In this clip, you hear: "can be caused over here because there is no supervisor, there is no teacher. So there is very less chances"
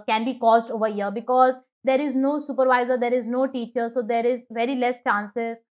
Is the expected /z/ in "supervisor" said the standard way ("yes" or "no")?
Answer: yes